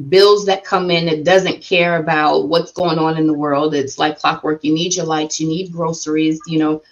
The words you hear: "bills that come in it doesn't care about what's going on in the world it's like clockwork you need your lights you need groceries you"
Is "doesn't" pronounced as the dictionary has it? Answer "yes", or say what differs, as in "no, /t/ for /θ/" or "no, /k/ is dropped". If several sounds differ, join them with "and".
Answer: yes